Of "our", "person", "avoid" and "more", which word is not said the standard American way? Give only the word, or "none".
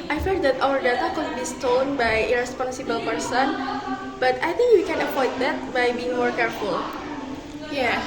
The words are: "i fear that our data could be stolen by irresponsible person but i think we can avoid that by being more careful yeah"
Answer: avoid